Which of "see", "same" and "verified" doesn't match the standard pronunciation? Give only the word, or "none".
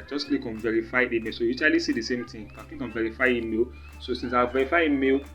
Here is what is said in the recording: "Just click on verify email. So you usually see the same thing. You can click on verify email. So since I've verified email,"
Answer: verified